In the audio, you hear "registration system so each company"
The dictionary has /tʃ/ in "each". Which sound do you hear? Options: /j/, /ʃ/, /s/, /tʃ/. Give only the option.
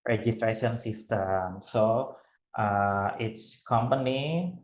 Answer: /s/